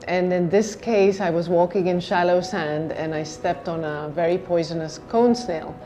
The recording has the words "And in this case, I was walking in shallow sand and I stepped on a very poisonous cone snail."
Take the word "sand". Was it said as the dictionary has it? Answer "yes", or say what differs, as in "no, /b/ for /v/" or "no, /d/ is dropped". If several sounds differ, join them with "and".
yes